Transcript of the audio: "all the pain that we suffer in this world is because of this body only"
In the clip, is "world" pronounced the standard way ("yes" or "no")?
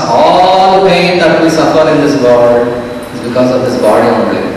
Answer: no